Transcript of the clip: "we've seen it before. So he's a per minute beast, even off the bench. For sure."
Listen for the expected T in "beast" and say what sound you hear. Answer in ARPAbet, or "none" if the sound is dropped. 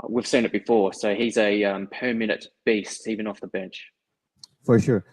T